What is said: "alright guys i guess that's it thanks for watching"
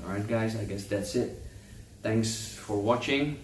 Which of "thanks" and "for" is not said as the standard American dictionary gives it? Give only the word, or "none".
thanks